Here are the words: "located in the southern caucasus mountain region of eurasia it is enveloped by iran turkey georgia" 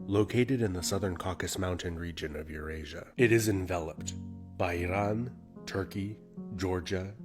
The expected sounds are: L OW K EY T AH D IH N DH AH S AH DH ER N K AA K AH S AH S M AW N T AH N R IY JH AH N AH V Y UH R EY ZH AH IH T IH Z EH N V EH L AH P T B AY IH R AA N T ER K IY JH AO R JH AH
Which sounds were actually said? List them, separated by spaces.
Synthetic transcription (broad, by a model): L OW K EY T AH D IH N DH AH S AH DH ER N K AA K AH S M AW N T AH N R IY JH AH N AH V Y UH R EY ZH AH IH T IH Z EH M V EH L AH P T B AY IH R AA N T ER K IY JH AO R JH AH